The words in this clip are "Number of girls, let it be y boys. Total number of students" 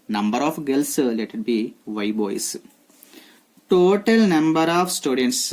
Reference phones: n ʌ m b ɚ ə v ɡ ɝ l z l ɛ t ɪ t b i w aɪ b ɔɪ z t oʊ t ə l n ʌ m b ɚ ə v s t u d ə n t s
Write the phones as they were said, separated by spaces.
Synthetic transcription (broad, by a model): n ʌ m b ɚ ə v ɡ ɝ l s l ɛ t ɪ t b i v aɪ b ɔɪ s t oʊ t ə l n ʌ m b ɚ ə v s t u d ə n t s